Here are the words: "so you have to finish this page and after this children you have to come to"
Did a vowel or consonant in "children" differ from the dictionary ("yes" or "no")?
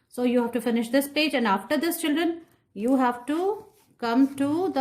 no